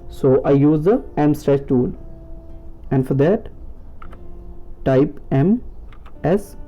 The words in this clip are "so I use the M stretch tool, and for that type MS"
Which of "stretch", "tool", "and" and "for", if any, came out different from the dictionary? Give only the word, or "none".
stretch